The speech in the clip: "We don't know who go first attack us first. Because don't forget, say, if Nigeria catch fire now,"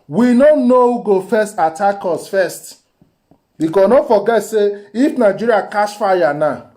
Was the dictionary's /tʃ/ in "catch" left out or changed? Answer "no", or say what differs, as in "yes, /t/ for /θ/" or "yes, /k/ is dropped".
yes, /s/ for /tʃ/